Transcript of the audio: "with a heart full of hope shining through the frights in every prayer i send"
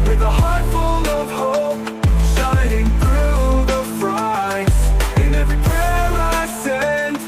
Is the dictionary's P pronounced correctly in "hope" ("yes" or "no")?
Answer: yes